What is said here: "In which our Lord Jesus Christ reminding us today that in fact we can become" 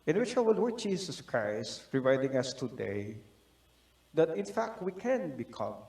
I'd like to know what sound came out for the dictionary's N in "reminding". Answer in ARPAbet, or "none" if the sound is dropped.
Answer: none